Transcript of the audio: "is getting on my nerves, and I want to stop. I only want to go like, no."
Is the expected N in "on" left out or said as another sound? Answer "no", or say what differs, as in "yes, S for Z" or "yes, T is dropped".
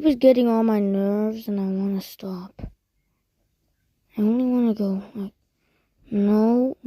yes, L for N